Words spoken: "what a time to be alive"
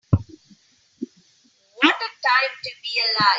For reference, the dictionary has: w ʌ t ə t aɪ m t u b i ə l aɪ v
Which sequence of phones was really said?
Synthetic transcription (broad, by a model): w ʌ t ə t aɪ m t u b i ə l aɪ